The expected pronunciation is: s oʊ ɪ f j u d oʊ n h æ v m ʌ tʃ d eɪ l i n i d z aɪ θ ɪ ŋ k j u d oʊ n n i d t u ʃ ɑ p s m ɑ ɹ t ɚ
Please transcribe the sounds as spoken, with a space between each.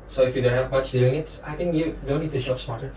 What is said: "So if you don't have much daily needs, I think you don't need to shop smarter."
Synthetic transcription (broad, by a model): s oʊ ɪ f j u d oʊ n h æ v m ʌ tʃ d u i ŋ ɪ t aɪ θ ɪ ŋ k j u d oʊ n n i d t u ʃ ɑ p s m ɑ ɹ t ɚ